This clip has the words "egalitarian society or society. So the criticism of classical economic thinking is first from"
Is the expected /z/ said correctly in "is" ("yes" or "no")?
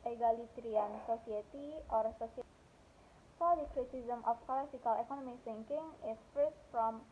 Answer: no